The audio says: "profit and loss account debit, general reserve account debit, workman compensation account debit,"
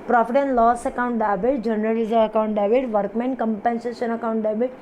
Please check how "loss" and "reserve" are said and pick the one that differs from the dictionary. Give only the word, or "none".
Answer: reserve